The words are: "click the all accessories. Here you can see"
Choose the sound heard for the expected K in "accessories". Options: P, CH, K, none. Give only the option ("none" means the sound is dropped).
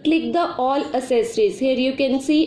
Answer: none